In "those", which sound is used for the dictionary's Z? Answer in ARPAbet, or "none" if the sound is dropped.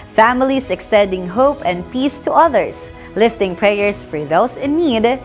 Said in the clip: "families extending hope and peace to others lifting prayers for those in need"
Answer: S